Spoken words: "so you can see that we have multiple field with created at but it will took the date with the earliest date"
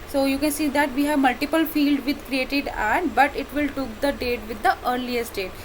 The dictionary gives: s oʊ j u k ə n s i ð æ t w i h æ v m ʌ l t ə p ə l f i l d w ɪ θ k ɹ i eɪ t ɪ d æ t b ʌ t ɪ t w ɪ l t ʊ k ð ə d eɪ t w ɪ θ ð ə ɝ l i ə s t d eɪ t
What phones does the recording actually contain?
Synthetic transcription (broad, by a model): s oʊ j u k ə n s i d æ t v i h æ v m ʌ l t ə p ə l f i l d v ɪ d k ɹ i eɪ t ɪ d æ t b ʌ t ɪ t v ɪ l t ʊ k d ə d eɪ t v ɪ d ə ɝ l i ə s t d eɪ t